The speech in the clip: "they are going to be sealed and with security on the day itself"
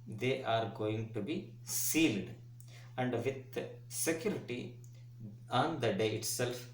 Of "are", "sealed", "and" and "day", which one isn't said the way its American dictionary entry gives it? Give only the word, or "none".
none